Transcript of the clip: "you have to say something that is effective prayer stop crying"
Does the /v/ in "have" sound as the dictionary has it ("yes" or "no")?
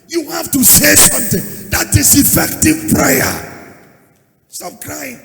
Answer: no